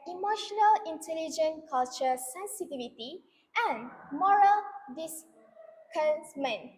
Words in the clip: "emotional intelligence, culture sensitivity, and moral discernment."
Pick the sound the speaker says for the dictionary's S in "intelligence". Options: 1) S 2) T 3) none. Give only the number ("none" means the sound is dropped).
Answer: 3